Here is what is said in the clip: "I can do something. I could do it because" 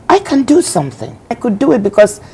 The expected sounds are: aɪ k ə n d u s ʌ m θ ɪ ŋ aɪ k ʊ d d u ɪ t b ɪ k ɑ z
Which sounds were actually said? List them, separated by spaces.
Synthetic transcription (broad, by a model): aɪ k ə n d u s ʌ m θ ɪ ŋ aɪ k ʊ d d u ɪ t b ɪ k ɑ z